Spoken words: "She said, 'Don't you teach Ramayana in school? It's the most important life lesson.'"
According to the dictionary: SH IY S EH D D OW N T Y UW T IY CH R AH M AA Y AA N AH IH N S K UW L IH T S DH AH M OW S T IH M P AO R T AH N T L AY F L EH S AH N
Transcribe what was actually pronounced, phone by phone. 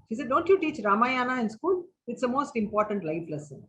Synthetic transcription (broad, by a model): SH IY S EH D D OW N T Y UW T IY CH R AH M AA Y AA N AH IH N S K UW L IH T S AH M OW S T IH M P AO R T AH N T L AY F L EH S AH N